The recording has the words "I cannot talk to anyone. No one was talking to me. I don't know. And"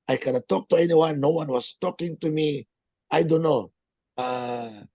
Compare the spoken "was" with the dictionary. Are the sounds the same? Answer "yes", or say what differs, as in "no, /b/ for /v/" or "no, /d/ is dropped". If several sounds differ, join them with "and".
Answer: no, /s/ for /z/